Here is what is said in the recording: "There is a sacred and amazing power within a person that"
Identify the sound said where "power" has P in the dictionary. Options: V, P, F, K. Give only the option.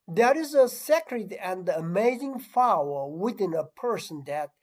F